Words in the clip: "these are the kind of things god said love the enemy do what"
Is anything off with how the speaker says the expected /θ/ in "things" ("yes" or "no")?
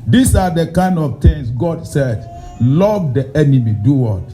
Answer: yes